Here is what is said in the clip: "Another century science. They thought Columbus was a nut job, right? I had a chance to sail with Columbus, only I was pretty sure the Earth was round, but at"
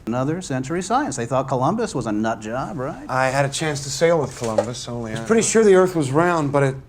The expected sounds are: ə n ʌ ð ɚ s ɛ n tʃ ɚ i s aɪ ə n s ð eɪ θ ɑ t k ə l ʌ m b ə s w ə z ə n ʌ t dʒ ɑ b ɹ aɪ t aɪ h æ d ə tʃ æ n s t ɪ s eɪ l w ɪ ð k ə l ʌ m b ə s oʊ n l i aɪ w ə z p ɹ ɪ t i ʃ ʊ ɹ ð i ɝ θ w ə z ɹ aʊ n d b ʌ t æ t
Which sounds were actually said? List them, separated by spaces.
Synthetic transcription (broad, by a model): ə n ʌ ð ɚ s ɛ n tʃ ɚ i s aɪ ə n s ð eɪ θ ɑ t k ə l ʌ m b ə s w ə z ə n ʌ t dʒ ɑ b ɹ aɪ t aɪ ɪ d ə tʃ æ n s t ɪ s eɪ l w ɪ ð k ə l ʌ m b ə s oʊ n l i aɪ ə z p ɹ ɪ t i ʃ ʊ ɹ ð i ɝ θ w ə z ɹ aʊ n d b ʌ t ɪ t